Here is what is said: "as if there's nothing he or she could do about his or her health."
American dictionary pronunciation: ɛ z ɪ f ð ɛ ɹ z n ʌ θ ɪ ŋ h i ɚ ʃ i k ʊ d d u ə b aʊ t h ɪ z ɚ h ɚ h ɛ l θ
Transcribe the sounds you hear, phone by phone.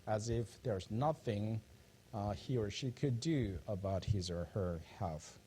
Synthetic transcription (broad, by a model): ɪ z ɪ f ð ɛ ɹ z n ʌ θ ɪ ŋ h i ɚ ʃ i k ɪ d d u ə b aʊ t h ɪ z ɚ h ɚ h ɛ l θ